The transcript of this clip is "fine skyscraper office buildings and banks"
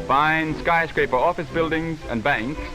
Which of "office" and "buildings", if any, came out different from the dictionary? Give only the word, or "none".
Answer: none